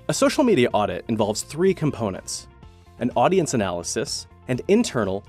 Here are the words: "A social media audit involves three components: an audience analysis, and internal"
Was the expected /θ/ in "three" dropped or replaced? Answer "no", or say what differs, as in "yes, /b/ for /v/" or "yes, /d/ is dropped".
no